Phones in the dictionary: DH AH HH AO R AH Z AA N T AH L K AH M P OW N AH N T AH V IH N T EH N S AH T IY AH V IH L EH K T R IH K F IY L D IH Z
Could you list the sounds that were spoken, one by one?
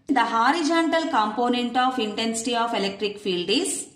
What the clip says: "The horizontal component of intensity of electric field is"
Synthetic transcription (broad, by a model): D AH HH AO R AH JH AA N T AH L K AH M P OW N AH N T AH F IH N T EH N S AH T IY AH F IH L EH K T R IH K F IY L D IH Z